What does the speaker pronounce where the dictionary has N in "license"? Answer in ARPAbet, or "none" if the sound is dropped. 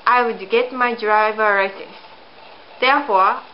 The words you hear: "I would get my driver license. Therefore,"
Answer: none